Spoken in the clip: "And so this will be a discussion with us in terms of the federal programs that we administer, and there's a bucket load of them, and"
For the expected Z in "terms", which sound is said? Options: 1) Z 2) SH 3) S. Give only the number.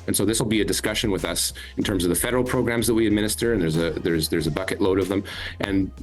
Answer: 1